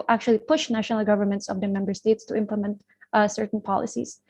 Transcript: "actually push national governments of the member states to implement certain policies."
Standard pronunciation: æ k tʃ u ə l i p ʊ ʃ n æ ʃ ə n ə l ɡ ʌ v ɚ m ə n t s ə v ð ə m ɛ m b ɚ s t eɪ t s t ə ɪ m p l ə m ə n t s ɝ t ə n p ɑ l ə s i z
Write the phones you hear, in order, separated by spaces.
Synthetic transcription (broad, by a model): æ k tʃ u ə l i p ʊ ʃ n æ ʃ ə n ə l ɡ ʌ v ɚ m ə n t s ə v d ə m ɛ m b ɚ s t eɪ t s t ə ɪ m p l ə m ə n t s ɝ t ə n p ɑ l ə s i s